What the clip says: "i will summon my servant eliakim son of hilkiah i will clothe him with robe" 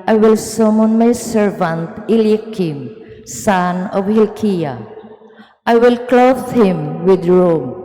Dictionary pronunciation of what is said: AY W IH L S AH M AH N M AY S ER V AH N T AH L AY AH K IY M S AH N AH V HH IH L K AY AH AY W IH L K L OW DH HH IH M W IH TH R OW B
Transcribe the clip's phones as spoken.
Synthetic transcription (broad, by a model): AY W IH L S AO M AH N M AY S ER V AH N T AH L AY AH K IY M S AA N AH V HH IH L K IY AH AY W IH L K L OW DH HH IH M W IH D R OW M